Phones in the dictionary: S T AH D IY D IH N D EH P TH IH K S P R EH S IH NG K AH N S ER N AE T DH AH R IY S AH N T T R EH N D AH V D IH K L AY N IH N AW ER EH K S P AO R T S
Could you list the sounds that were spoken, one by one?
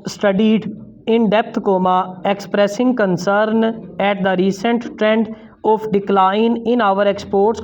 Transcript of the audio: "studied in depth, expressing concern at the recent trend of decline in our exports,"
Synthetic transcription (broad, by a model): S T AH D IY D IH N D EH P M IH K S P R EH S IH NG K AH N S ER N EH T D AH R IY S AH N T T R EH N D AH P D IH K L AY N IH N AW ER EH K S P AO R T S